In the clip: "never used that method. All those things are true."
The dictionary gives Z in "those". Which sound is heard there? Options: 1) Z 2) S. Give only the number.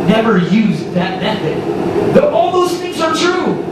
2